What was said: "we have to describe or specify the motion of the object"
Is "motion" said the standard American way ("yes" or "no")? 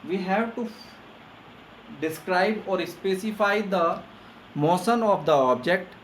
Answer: no